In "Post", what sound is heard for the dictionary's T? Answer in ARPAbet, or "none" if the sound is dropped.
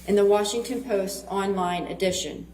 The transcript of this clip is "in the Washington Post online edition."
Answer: T